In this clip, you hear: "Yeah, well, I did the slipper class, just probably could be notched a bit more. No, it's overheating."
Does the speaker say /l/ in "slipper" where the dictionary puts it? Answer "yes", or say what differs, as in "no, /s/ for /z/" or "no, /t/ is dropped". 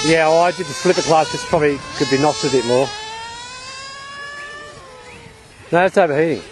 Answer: yes